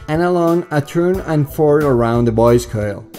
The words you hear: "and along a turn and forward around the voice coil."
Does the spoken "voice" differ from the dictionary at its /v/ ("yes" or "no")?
yes